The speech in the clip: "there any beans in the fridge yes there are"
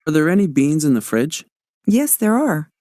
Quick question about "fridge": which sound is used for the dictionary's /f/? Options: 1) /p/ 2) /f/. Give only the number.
2